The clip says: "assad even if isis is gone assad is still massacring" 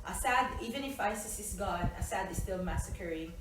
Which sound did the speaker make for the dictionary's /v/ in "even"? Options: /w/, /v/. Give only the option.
/v/